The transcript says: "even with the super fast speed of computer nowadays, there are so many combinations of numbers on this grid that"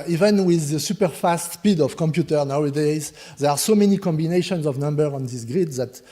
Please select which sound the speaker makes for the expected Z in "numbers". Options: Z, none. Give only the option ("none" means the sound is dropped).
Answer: none